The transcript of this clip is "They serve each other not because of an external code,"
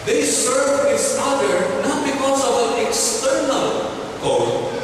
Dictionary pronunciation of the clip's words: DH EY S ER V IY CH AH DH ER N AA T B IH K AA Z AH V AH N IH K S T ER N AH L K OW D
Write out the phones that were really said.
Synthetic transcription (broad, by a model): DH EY S ER V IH S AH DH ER N AA T B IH K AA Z AH V AH N IH K S T ER N AH L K OW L